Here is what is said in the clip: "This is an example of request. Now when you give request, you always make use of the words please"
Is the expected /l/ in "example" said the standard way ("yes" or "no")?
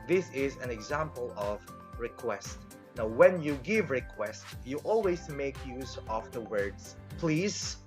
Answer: yes